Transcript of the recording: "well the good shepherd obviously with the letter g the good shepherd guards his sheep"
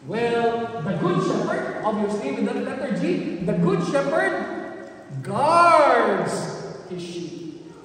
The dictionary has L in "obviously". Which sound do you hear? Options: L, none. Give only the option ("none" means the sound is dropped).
none